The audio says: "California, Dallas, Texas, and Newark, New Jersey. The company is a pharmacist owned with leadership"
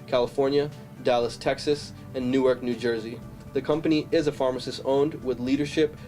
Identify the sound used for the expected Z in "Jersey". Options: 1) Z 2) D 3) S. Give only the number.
1